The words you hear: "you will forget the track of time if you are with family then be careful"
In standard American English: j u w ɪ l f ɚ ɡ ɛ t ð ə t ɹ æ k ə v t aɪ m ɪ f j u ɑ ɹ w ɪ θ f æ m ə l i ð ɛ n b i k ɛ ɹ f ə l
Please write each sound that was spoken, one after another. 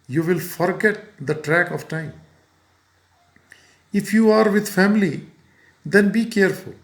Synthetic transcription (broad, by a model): j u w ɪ l f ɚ ɡ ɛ t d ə t ɹ æ k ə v t aɪ m ɪ f j u ɑ ɹ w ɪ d f æ m ə l i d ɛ n b i k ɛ ɹ f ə l